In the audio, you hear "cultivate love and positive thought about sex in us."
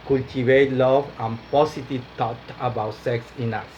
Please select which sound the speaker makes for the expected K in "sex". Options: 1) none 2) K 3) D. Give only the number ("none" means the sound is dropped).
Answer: 2